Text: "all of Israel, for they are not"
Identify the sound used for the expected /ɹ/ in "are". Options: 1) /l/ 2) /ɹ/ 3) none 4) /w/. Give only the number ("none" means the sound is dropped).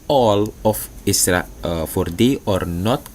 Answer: 2